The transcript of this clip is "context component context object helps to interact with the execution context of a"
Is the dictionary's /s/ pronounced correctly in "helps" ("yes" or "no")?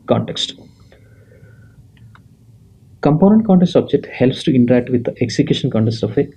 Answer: yes